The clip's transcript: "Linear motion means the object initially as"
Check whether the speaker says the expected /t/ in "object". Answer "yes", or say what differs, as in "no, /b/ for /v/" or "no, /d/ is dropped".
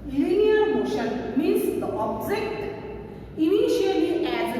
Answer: yes